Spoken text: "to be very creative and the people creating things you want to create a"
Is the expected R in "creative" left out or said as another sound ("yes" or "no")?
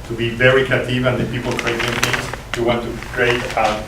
yes